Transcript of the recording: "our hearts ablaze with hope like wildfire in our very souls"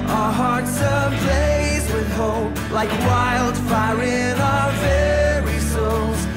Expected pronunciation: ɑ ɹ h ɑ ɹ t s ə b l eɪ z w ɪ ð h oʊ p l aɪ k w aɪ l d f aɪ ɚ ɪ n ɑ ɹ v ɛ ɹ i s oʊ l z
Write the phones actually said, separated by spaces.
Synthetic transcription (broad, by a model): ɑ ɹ h ɑ ɹ t s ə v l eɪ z w ɪ ð h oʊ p l aɪ k w aɪ l d f aɪ ɚ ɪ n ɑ v ɛ ɹ i s oʊ l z